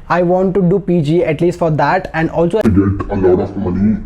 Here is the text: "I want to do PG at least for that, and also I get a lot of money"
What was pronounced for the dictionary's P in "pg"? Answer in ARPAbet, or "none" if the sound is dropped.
P